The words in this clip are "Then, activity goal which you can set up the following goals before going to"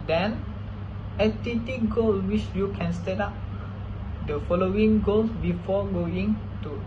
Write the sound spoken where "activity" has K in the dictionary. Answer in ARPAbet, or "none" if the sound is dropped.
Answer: none